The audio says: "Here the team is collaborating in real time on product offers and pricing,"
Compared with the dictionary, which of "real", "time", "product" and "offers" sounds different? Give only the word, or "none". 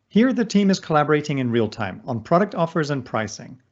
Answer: none